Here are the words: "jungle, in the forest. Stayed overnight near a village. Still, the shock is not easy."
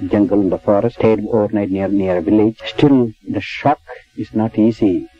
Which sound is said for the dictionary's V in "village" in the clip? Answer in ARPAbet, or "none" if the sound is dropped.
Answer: V